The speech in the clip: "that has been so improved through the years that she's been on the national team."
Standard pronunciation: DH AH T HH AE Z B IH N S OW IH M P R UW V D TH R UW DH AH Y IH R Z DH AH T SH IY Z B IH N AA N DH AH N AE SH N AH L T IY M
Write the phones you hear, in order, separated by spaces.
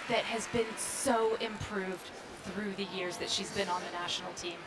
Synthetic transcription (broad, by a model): DH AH T HH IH Z B IH N S OW IH M P R UW V D TH R UW DH AH Y IH R Z DH AH T SH IY Z B IH N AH N DH AH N AE SH N L T IY M